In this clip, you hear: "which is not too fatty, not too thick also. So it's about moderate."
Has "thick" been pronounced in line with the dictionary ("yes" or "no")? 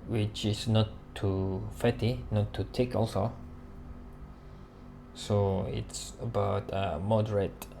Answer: no